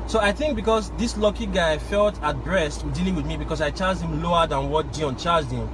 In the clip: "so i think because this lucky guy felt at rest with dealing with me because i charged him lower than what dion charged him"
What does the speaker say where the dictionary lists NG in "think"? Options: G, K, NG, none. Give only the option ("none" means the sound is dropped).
NG